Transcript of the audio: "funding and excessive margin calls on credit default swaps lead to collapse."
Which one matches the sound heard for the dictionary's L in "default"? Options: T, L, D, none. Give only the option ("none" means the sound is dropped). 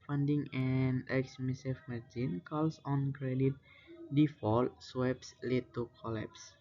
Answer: L